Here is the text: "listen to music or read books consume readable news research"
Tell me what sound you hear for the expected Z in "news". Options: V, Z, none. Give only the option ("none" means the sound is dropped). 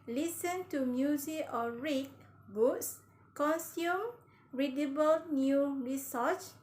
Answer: none